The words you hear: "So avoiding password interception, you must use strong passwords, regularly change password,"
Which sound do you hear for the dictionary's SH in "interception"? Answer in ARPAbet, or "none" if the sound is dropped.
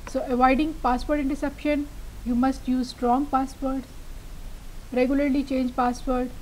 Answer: SH